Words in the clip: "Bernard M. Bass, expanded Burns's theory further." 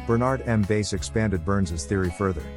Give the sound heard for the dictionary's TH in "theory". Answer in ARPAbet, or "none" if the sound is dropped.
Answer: TH